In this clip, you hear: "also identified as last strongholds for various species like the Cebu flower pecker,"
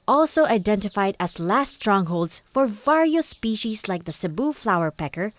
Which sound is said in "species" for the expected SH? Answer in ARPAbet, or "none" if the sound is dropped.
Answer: SH